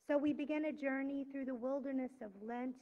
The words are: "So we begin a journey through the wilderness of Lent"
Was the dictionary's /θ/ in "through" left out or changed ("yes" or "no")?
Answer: no